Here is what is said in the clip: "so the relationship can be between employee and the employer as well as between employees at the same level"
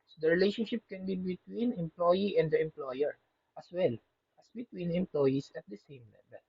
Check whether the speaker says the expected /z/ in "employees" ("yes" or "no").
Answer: no